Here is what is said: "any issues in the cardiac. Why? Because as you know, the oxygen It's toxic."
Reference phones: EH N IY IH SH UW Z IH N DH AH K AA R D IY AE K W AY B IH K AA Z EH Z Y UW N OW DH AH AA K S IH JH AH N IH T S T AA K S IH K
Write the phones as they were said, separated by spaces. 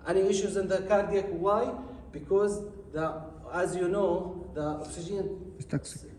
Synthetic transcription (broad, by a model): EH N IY IH SH UW Z IH N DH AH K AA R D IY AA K W AY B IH K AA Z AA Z Y UW N OW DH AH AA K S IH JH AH IH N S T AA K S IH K